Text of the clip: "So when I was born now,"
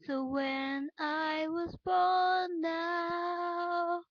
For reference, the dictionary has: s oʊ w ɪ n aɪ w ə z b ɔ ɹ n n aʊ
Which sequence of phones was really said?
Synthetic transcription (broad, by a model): s oʊ w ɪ n aɪ w ə z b ɔ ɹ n n aʊ